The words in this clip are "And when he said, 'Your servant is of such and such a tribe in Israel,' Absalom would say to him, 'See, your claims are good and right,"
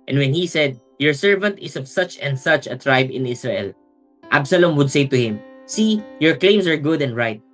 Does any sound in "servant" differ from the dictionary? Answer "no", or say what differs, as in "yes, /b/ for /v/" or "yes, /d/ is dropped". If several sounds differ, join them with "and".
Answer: no